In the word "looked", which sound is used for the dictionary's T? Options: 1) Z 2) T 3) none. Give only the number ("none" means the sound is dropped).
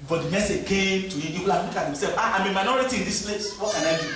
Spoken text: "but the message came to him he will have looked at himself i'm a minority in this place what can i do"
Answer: 3